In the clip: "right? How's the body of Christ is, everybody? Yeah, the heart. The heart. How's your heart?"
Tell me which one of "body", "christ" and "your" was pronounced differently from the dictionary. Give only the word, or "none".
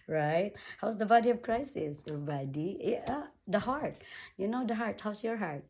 christ